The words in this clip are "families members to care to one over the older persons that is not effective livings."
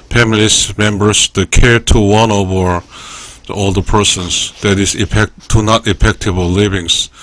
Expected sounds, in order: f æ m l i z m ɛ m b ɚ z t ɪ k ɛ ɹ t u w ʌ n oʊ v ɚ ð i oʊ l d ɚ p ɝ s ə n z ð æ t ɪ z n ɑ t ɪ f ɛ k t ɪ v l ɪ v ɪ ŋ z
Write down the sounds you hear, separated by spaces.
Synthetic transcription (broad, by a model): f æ m l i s m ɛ m b ɚ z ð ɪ k ɛ ɹ t u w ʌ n oʊ v ɚ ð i oʊ l d ɚ p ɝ s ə n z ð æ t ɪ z n ɑ t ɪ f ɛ k t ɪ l l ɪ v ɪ ŋ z